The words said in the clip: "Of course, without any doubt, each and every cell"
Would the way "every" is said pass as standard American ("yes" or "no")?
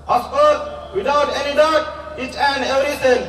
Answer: yes